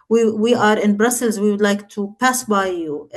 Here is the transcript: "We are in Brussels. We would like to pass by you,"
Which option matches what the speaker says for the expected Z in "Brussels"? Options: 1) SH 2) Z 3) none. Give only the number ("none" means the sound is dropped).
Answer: 2